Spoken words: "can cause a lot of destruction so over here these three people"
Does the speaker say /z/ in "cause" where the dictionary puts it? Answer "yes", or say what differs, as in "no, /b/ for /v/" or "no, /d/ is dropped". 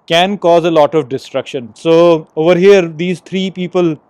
yes